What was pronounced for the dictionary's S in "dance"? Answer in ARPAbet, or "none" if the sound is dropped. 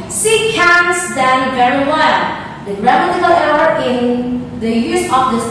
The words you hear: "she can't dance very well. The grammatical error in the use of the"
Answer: none